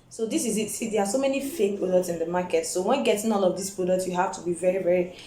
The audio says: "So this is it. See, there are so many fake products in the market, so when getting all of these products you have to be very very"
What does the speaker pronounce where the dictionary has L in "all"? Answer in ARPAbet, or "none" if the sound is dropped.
N